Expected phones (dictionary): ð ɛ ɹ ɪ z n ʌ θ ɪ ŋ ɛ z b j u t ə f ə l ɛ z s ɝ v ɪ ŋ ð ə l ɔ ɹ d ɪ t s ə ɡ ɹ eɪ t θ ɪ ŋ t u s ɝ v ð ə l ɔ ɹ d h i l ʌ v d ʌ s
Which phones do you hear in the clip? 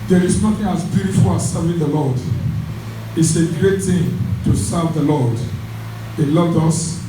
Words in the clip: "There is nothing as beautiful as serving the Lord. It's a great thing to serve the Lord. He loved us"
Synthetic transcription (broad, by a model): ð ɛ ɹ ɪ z n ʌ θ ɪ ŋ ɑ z b j u t ə f ə l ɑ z s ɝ v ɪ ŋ ð ə l ɔ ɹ d ɪ t s ə ɡ ɹ eɪ t θ ɪ ŋ t u s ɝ v ð ə l ɔ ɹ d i l ʌ v d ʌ s